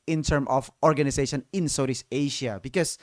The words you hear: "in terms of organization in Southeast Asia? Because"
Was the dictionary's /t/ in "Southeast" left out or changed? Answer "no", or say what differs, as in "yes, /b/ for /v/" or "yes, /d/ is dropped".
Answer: yes, /t/ is dropped